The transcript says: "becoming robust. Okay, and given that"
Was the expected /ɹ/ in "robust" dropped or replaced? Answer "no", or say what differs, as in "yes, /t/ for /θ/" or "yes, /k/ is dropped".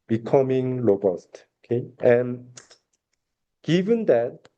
yes, /l/ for /ɹ/